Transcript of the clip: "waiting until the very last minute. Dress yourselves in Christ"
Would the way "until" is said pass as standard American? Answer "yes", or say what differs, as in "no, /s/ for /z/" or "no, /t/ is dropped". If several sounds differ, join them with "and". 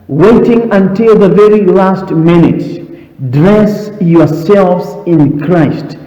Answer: yes